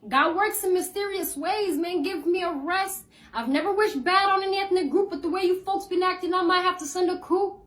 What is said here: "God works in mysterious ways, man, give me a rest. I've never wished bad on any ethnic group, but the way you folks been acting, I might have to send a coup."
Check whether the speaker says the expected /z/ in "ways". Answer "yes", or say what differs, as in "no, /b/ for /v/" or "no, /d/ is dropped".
yes